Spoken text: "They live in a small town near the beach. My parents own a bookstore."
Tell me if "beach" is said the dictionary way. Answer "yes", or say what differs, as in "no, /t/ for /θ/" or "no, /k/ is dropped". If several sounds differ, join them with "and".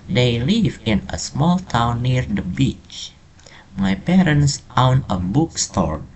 yes